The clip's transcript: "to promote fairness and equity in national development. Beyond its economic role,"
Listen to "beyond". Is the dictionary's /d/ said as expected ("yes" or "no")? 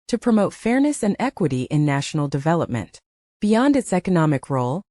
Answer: yes